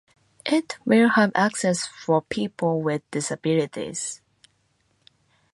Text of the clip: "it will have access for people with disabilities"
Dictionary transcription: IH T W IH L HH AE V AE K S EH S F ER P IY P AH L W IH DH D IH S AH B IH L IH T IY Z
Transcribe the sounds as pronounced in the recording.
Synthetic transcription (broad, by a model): IH T W IH L HH AE V AE K S EH S F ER P IY P AH L W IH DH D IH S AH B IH L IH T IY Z